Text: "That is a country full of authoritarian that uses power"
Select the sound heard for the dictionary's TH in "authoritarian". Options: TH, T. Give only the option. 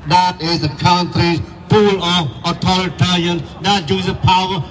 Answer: T